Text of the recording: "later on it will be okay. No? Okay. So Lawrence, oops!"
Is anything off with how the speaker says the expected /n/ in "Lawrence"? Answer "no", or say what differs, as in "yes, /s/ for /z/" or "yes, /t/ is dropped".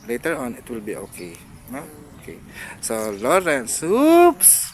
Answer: no